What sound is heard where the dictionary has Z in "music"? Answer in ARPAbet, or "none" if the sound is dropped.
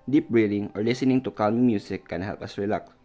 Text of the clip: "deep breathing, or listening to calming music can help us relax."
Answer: S